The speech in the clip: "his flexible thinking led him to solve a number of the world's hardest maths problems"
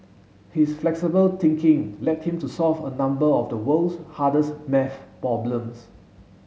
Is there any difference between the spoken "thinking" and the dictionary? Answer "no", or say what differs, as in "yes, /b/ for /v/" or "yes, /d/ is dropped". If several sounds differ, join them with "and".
yes, /t/ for /θ/